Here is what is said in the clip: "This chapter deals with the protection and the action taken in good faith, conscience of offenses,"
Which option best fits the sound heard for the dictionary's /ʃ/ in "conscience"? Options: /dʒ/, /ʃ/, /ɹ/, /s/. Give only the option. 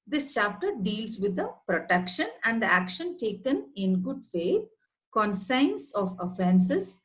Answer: /s/